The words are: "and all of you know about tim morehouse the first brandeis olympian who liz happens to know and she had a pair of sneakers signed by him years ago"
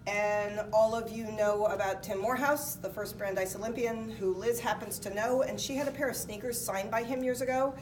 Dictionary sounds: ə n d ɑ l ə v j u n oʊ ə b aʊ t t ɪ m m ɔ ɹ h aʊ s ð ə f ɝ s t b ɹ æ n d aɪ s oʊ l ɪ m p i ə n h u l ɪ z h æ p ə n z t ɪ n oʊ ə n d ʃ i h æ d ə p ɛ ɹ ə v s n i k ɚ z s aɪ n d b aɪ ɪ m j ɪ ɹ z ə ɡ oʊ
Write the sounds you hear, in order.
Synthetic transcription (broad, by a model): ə n ɑ l ə v j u n oʊ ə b aʊ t t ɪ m m ɔ ɹ h aʊ s ð ə f ɝ s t b ɹ æ n d aɪ s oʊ l ɪ m p i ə n h u l ɪ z h æ p ə n z t ɪ n oʊ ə n ʃ i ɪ d ə p ɛ ɹ ə v s n i k ɚ z s aɪ n b aɪ ɪ m j ɪ ɹ z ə ɡ oʊ